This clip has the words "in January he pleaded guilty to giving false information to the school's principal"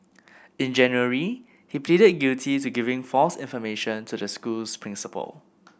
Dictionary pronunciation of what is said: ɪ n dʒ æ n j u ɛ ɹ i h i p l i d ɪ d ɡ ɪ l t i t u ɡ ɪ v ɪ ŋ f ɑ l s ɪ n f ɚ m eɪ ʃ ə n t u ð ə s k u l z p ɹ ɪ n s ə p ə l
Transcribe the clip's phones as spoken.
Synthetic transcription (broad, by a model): ɪ n dʒ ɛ n j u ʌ ɹ i h i p l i d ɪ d ɡ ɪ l t i t u ɡ ɪ v ɪ ŋ f ɑ l s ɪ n f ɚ m eɪ ʃ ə n t u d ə s k u l s p ɹ ɪ n s ə p ə l